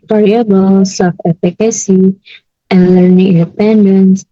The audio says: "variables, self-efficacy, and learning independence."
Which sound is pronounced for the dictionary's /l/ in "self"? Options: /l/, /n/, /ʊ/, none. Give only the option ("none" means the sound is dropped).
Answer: none